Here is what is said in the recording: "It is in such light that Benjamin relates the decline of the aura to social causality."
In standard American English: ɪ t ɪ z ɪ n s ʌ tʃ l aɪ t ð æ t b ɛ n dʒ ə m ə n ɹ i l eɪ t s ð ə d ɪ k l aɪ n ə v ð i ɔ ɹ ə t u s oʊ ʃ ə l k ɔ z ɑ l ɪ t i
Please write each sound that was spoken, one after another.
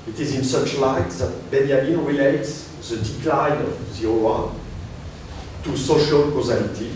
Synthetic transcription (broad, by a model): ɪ t ɪ z ɪ n s ʌ tʃ l aɪ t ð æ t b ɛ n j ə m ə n ɹ i l eɪ t s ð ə d ɪ k l aɪ n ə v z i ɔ w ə t u s oʊ ʃ ə l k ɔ z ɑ l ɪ t i